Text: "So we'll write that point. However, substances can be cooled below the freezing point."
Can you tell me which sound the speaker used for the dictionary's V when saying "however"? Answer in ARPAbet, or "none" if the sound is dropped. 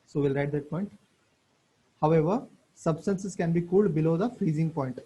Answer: V